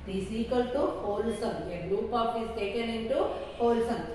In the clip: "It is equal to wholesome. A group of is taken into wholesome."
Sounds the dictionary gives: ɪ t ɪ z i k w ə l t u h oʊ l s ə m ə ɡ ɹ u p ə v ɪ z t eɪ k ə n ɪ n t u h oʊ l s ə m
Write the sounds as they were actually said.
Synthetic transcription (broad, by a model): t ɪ s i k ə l t u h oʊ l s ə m ə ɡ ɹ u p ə p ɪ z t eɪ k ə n ɪ n t u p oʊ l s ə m